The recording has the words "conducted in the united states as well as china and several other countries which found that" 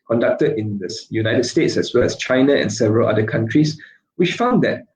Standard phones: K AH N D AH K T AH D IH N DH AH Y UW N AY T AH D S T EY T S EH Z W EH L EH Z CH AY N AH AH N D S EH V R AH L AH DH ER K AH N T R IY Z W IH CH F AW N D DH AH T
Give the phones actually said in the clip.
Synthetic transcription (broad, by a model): K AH N D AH K T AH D IH N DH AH Y UW N AY T AH D S T EY T S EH S W EH L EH S CH AY N AH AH N S EH V R AH L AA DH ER K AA N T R IY S W IH CH F AW N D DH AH T